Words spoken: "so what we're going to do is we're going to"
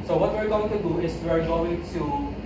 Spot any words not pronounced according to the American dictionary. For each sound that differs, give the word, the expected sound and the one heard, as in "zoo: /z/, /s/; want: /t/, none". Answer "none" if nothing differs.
is: /z/, /s/